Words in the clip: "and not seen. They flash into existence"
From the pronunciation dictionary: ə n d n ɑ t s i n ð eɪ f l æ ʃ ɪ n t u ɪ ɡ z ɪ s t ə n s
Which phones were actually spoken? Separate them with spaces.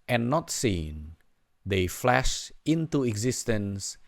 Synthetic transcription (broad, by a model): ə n n ɑ t s i n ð eɪ f l æ ʃ ɪ n t u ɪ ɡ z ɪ s t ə n s